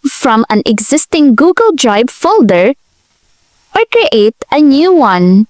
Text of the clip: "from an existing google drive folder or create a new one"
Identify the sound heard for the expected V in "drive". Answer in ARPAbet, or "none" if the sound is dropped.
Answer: B